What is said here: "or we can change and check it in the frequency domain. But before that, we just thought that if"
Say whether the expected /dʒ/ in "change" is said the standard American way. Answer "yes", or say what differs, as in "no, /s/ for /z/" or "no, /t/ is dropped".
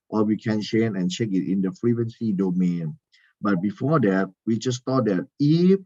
no, /dʒ/ is dropped